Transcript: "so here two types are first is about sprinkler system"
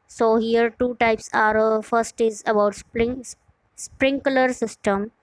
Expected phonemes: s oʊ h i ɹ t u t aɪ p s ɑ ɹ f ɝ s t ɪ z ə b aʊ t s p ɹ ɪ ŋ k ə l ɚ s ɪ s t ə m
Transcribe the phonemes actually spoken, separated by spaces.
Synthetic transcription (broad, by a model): s oʊ h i ɹ t u t aɪ p s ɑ ɹ f ɝ s t ɪ z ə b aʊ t s p ɹ ɪ ŋ k ə l ɚ s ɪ s t ə m